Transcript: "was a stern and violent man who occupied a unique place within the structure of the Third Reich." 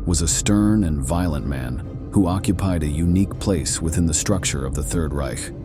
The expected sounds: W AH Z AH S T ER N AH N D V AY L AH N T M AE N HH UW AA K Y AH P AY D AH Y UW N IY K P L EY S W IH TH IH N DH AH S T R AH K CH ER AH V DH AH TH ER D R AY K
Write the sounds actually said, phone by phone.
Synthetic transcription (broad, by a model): W AH Z AH S T ER N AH N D V AY L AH N M AE N HH UW AA K Y AH P AY D AH Y UW N IY K P L EY S W IH TH IH N DH AH S T R AH K CH ER AH V DH AH TH ER D R AY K